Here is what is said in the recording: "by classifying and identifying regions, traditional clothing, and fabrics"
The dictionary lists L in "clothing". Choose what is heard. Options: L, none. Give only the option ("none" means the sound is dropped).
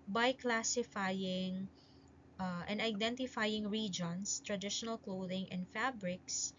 L